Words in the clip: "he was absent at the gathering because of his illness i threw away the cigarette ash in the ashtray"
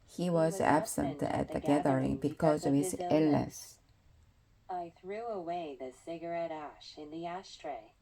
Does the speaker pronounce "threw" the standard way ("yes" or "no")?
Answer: yes